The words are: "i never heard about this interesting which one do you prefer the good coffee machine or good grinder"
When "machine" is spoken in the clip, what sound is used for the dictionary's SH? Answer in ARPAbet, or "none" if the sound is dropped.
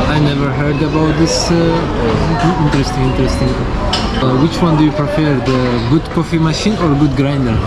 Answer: SH